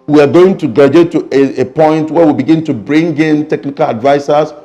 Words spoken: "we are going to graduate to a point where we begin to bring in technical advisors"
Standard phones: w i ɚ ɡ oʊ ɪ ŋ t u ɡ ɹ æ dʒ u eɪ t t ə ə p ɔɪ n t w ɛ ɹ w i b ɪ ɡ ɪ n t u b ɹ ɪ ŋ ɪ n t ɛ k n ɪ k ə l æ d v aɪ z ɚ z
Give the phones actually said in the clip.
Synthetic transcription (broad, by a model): w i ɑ ɡ oʊ ɪ ŋ t u ɡ ɑ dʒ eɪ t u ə ə p ɔɪ n t w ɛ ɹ w i b ɪ ɡ ɪ n t u b ɹ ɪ ŋ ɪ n t ɛ k n ɪ k ə l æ d v aɪ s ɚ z